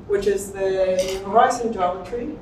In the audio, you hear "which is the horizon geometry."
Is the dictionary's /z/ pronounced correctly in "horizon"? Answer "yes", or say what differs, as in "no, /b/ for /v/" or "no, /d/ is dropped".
no, /s/ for /z/